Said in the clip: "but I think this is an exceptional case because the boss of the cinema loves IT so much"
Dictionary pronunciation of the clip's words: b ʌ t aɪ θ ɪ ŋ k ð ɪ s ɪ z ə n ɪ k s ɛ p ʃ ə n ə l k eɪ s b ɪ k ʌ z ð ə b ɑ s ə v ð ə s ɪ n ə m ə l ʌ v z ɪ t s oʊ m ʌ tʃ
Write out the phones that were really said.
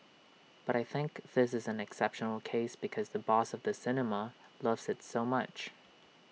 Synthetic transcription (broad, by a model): b ʌ t aɪ θ ɪ ŋ k ð ɪ s ɪ z ə n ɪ k s ɛ p ʃ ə n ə l k eɪ s b ɪ k ʌ z ð ə b ɑ s ə v ð ə s ɪ n ə m ə l ʌ v z ɪ t s oʊ m ʌ tʃ